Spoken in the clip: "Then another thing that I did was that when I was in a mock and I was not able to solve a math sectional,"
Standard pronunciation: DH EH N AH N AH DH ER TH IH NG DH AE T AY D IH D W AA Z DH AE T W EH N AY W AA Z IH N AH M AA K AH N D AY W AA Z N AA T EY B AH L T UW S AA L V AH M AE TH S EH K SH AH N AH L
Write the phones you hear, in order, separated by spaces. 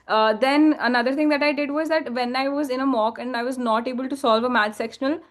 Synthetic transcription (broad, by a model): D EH N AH N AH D ER T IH NG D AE T AY D IH D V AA Z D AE T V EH N AY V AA Z IH N AH M AA K AH N D AY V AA Z N AA T EY B AH L T UW S AA L V AH M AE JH S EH K SH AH N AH L